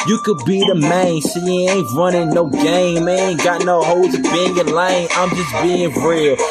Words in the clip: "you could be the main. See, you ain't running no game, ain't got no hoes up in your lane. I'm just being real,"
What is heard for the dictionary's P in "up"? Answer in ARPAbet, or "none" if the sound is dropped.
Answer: B